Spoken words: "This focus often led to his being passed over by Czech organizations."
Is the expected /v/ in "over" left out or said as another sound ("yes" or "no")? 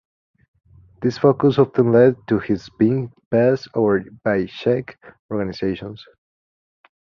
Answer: yes